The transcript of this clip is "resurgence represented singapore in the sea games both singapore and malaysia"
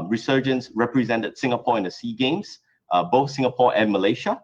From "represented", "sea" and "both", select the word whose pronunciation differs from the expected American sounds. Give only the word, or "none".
none